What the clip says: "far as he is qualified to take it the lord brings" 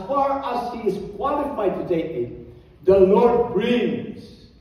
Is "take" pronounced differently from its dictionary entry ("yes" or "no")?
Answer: yes